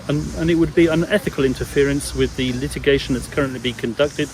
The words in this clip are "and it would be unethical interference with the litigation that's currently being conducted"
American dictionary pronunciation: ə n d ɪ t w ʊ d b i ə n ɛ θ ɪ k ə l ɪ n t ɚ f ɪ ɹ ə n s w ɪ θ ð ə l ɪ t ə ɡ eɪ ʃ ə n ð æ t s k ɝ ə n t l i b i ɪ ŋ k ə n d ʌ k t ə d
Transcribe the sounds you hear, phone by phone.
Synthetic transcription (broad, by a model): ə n ɪ t w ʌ d b i ə n ɛ θ ɪ k ə l ɪ n t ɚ f ɪ ɹ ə n s w ɪ ð ə l ɪ t ə ɡ eɪ ʃ ə n ð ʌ t s k ɝ ə n t l i b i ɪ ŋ k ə n d ʌ k t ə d